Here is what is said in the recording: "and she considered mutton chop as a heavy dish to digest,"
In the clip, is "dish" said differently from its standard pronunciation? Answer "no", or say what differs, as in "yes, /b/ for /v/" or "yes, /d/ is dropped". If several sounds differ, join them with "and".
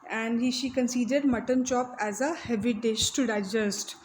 no